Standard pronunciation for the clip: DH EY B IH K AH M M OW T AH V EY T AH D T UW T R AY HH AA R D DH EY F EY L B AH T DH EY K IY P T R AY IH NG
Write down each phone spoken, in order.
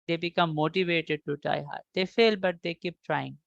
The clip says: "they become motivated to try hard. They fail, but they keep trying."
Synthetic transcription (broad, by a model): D EY B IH K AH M M OW T AH V EY T AH D T UW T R AY HH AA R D EY F EY L B AH T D EY K IY P T R AY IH NG